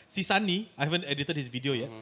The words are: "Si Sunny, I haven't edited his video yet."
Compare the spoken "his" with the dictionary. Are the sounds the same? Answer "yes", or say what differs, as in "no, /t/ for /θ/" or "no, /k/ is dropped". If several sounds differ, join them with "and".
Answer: no, /s/ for /z/